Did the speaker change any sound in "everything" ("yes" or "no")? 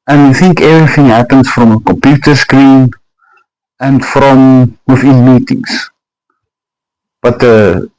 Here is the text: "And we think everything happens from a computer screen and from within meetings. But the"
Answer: no